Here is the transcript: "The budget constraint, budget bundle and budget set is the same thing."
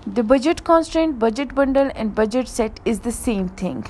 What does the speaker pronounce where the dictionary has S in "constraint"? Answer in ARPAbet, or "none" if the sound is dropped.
S